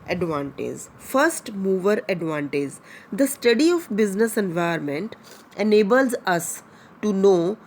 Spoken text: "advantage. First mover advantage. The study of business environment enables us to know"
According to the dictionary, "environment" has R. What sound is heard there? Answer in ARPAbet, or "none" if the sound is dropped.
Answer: none